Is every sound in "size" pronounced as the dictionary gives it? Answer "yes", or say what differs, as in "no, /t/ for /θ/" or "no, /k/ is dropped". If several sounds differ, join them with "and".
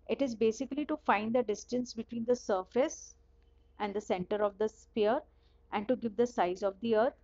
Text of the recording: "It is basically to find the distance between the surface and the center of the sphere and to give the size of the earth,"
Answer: yes